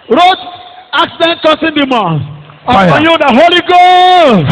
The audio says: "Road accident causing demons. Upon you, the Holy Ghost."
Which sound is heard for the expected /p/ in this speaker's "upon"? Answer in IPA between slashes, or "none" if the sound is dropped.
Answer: none